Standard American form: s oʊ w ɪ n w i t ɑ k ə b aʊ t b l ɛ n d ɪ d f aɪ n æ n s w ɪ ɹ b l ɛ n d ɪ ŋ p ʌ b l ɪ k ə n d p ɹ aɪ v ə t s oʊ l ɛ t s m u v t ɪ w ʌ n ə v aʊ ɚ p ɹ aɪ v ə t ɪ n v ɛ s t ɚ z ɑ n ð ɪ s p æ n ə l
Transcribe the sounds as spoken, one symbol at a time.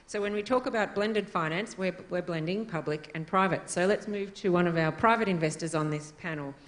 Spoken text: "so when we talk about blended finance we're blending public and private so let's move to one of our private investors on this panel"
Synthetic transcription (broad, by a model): s oʊ w ɪ n w i t ɑ k ə b aʊ t b l ɛ n d ɪ d f aɪ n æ n s w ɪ w b l ɛ n d ɪ ŋ p ʌ b l ɪ k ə n p ɹ aɪ v ə t s oʊ l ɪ t s m u v t ɪ w ʌ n ə v aʊ ɚ p ɹ aɪ v ə t ɪ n v ɛ s t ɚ z n ð ɪ s p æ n l